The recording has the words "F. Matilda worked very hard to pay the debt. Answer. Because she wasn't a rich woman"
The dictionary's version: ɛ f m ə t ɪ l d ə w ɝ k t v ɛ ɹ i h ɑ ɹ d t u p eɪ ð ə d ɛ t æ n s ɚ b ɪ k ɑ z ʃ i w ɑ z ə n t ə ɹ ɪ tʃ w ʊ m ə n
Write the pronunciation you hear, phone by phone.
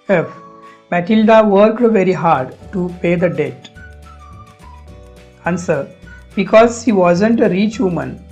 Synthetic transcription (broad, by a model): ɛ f m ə t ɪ l d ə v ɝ k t v ɛ ɹ i h ɑ ɹ d t u p eɪ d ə d ɛ t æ n s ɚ b ɪ k ɑ z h i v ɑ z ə n t ə ɹ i tʃ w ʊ m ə n